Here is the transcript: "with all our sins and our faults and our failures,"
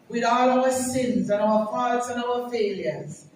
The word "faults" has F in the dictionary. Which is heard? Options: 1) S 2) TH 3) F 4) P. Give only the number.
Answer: 4